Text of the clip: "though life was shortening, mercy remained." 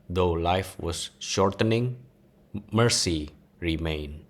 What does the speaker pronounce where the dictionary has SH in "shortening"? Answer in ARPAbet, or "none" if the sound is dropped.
SH